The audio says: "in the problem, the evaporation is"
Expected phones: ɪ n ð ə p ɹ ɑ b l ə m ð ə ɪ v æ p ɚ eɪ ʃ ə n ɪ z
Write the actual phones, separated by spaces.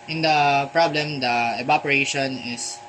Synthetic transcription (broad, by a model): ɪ n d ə p ɹ ɑ b l ə m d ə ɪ b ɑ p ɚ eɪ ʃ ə n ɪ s